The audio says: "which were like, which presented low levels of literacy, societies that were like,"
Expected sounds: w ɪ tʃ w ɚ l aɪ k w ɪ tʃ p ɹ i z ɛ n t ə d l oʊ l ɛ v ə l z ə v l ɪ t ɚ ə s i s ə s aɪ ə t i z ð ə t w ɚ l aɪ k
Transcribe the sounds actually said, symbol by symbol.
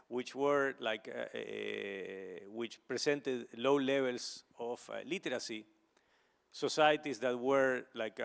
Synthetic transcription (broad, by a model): w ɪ tʃ w ɚ l aɪ k w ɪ tʃ p ɹ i s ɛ n t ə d l oʊ l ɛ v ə l s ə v l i t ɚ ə s i s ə s aɪ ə t i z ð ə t w ɚ l aɪ k